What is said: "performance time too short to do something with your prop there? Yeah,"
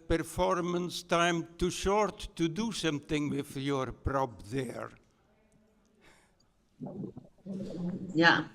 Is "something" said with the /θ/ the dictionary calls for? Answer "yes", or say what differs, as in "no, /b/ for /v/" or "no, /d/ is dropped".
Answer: no, /t/ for /θ/